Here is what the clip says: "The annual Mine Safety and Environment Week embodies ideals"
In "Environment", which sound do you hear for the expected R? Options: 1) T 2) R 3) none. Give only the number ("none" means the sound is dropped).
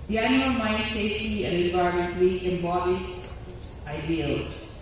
3